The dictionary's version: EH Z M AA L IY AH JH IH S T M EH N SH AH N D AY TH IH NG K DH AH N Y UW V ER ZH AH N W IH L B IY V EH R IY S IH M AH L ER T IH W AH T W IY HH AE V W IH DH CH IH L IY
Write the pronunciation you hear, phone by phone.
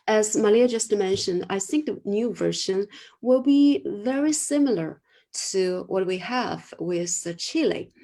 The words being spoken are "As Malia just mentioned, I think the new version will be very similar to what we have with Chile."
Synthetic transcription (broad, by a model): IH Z M AA L IY AH JH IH S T M EH N SH AH N D AY TH IH NG K DH AH N Y UW V ER SH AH N W IH L B IY V EH R IY S IH M L ER T IH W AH T W IY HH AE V W IH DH CH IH L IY